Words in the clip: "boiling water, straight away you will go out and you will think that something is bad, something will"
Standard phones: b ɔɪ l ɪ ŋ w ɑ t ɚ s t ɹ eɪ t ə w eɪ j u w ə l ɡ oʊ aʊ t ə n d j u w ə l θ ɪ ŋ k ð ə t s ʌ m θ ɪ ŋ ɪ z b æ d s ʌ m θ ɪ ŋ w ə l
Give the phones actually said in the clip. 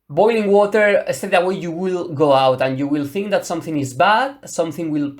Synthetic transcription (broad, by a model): b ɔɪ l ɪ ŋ w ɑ t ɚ s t eɪ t ə w eɪ j u w ə l ɡ oʊ aʊ t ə n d j u w ə l θ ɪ ŋ k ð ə t s ʌ m θ ɪ ŋ ɪ z b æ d s ʌ m θ ɪ ŋ w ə l